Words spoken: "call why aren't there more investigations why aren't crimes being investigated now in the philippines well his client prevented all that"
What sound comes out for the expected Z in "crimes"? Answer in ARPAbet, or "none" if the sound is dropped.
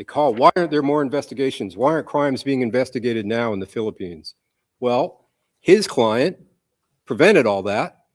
Z